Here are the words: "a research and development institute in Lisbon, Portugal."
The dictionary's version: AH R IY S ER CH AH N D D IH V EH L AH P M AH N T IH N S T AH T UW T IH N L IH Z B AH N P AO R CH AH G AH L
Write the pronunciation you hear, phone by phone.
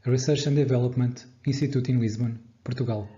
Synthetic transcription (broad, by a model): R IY S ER SH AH N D D IH V EH L AH P M AH N T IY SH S T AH T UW T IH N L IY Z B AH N P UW R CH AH G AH L